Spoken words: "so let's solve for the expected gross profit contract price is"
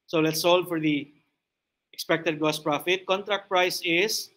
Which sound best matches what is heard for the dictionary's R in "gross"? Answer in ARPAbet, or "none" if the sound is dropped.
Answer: none